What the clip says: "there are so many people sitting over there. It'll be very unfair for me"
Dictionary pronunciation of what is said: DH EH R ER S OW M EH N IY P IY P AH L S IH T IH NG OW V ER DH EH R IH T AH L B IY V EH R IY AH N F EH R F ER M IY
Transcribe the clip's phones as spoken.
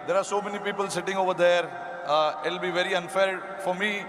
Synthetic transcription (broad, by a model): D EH R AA S OW M EH N IY P IY P AH L S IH T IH NG OW V ER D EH R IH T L B IY V EH R IY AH N F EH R F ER M IY